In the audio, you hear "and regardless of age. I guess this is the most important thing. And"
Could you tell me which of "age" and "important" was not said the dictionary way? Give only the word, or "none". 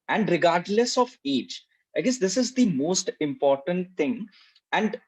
age